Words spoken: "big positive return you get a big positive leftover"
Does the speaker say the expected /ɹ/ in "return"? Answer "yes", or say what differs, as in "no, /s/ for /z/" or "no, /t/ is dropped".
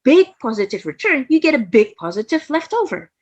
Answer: yes